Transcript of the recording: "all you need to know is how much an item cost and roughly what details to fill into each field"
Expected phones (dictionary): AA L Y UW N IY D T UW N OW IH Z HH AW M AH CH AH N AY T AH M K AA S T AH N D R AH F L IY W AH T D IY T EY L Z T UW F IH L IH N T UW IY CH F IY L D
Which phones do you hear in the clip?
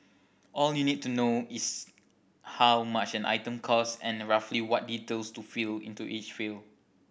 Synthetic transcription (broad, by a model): AA L Y UW N IY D T UW N OW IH S HH AW M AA CH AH N AY T AH M K AA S AH N R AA F L IY W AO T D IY T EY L S T UW F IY L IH N T UW IY CH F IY L